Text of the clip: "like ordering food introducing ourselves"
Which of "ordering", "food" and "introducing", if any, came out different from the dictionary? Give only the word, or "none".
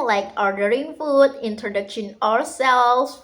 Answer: introducing